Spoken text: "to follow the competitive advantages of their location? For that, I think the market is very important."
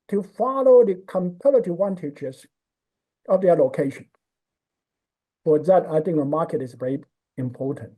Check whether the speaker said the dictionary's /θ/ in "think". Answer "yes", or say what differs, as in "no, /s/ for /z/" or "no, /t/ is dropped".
yes